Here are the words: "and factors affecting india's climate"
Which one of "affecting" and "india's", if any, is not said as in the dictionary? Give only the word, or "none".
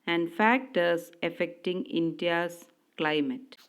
india's